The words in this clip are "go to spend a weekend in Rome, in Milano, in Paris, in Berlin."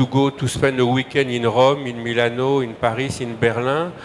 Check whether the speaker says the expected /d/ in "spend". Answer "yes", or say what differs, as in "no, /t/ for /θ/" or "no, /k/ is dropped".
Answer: no, /d/ is dropped